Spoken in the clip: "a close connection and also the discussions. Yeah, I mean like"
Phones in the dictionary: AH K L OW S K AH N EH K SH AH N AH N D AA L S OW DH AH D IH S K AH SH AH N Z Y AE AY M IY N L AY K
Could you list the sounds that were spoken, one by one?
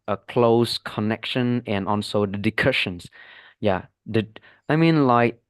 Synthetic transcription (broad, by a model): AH K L OW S K AH N EH K SH AH N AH N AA N S OW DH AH D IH K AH SH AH N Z Y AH AY M IY N L AY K